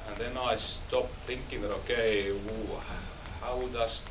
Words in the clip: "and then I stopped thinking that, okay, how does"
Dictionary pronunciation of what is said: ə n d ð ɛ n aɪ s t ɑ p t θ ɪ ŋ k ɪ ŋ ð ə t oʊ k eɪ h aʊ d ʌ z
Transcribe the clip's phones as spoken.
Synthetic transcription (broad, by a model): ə n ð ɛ n aɪ s t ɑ p θ ɪ ŋ k ɪ ŋ ð ə t oʊ k eɪ h aʊ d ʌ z